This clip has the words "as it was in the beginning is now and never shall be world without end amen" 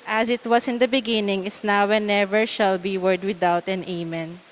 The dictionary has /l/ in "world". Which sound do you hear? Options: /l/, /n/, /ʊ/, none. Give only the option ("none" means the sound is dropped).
none